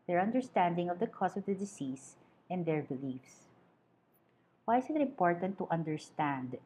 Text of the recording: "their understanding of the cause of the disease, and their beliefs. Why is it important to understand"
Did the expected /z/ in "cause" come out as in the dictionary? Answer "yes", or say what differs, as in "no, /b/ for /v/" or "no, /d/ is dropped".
no, /s/ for /z/